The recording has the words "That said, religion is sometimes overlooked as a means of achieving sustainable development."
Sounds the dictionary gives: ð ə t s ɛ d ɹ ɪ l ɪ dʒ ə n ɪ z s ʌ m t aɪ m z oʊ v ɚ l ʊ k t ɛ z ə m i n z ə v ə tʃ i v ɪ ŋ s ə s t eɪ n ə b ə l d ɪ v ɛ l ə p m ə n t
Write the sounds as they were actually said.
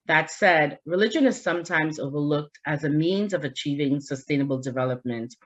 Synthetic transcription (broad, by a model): ð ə t s ɛ d ɹ ɪ l ɪ dʒ ə n ɪ z s ʌ m t aɪ m z oʊ v ɚ l ʊ k t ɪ z ə m i n z ə v ə tʃ i v ɪ ŋ s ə s t eɪ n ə b l d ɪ v ɛ l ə p m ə n t